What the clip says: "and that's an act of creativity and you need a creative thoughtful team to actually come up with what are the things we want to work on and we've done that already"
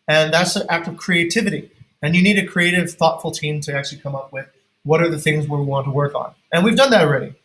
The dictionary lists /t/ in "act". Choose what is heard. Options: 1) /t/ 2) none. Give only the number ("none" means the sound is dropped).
1